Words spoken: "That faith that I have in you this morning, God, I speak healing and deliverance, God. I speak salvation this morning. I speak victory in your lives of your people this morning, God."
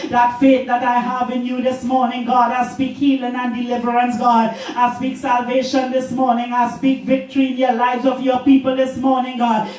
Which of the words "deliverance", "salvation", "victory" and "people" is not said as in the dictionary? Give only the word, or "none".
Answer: none